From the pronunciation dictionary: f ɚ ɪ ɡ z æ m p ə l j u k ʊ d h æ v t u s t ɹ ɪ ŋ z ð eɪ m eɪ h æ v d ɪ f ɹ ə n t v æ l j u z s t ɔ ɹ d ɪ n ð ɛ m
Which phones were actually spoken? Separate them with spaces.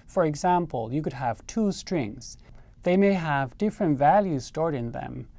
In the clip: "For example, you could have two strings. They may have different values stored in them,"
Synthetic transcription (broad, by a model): f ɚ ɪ ɡ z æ m p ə l j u k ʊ d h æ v t u s t ɹ ɪ ŋ z ð eɪ m eɪ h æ v d ɪ f ɹ ə n t v æ l j u z s t ɔ ɹ d ɪ n ð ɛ m